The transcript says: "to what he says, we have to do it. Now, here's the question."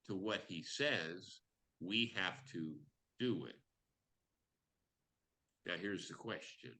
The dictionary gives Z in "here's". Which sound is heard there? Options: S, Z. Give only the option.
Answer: Z